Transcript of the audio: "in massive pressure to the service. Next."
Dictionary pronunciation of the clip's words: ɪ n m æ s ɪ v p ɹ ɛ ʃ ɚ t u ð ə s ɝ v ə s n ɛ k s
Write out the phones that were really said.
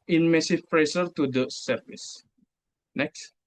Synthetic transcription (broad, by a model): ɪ n m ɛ s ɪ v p ɹ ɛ s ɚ t u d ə s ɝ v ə s n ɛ k s